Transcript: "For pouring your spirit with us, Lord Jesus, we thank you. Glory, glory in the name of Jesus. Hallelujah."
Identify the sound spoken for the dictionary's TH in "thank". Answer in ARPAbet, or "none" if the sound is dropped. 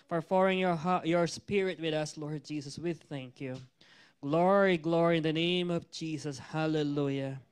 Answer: TH